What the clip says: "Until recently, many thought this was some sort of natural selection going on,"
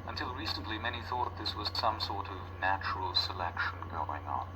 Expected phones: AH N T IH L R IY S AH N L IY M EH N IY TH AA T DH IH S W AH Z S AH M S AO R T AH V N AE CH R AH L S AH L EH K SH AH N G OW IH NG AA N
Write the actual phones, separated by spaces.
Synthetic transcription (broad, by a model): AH N T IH L R IY S AH N L IY M EH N IY TH AA T DH IH S W AH Z S AH M S AO R T AH V N AE CH R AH L S AH L EH K SH AH N G OW IH NG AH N